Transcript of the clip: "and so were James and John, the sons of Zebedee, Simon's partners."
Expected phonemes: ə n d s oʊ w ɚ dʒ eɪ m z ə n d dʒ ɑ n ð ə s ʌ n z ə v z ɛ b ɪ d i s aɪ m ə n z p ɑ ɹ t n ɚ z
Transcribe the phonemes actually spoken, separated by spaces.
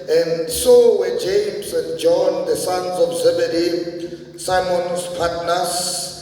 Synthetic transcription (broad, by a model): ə n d s oʊ w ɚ dʒ eɪ m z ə n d dʒ ɑ n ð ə s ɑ n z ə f z ɛ b ɪ d i s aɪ m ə n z p ɑ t n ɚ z